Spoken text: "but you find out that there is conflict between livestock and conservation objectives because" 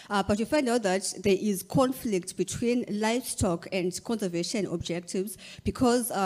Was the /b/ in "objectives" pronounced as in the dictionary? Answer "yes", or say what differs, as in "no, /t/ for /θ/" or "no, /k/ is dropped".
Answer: yes